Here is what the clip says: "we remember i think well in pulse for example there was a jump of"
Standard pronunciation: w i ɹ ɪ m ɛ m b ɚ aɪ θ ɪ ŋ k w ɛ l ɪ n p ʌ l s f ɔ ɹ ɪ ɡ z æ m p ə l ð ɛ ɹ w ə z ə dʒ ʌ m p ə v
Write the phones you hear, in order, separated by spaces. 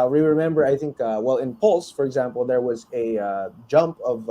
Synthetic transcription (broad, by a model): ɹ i ɹ ɪ m ɛ m b ɚ aɪ θ ɪ ŋ k w ɛ l ɪ n p ʌ l s f ɔ ɹ ɪ ɡ z æ m p ə l ð ɛ ɹ w ə z ə dʒ ʌ m p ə v